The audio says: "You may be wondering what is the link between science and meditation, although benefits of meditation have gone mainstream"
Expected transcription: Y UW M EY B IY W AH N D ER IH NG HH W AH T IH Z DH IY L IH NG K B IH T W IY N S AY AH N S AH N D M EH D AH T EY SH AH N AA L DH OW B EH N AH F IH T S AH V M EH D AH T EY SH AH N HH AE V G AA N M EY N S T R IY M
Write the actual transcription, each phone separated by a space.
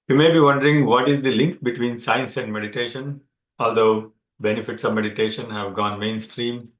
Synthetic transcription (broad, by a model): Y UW M EY B IY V AH N D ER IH NG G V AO T IH Z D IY L IH NG K B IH T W IY N S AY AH N S AH N D M EH D AH T EY SH AH N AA L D OW B EH N AH F IH T S AH V M EH D AH T EY SH AH N HH AE V G AA N M EY N S T R IY M